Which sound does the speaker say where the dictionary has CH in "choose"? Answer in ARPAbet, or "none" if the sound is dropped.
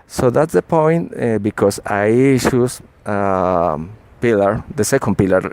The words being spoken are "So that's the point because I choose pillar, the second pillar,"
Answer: SH